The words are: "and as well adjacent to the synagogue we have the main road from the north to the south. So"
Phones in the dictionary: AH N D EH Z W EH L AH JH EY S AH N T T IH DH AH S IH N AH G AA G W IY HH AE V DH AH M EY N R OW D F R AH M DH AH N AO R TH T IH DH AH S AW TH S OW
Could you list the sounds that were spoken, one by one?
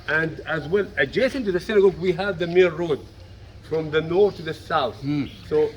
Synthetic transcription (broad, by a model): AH N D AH Z W EH L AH JH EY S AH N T T IH DH AH S IH N AH G AA G W IY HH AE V DH AH M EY L R OW D F R AH M DH AH N AO R TH T IH DH AH S AW TH S OW